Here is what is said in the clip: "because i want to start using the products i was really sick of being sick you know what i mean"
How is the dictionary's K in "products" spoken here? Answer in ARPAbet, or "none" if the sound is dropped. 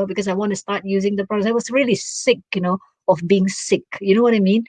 none